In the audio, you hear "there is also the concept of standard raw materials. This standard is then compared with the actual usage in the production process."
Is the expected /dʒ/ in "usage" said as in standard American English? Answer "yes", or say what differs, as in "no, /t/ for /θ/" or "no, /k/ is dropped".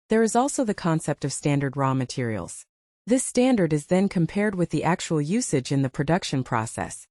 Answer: yes